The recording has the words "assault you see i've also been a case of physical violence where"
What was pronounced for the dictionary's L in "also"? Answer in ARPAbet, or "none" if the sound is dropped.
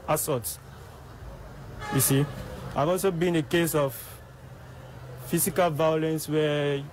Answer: L